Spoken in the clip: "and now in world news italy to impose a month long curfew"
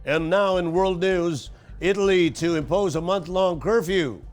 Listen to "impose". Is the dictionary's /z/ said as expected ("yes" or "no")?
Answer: yes